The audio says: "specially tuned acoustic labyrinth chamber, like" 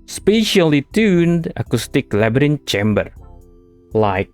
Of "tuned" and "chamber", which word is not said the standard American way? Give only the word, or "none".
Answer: none